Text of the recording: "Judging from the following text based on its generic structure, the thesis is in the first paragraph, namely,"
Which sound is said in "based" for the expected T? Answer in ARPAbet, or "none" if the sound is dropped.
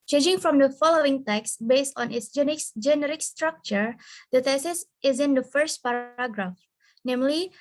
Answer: T